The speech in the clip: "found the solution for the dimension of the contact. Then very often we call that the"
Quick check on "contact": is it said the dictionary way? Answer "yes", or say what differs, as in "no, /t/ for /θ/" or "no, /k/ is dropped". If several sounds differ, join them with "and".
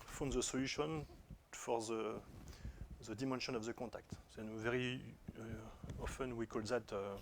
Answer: no, /n/ is dropped